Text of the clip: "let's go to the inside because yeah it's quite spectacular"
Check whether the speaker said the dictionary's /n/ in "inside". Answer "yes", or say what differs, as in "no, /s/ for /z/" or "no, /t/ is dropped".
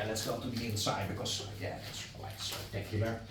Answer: no, /n/ is dropped